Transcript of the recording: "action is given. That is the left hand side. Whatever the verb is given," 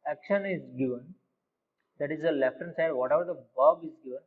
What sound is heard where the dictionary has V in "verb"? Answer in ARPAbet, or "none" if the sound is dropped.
B